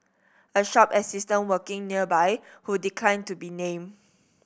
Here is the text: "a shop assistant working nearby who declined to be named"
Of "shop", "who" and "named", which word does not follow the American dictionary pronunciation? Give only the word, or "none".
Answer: named